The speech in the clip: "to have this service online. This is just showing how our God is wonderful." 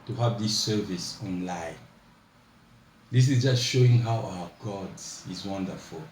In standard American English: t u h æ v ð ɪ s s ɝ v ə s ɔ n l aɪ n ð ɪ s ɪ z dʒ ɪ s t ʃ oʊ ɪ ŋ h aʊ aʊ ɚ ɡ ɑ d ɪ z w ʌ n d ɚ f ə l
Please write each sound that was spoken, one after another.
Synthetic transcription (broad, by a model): t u h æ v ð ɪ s s ɝ v ə s ɔ n l aɪ n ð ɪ s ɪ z dʒ ɪ s t ʃ oʊ ɪ ŋ h aʊ aʊ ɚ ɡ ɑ d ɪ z w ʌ n d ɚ f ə l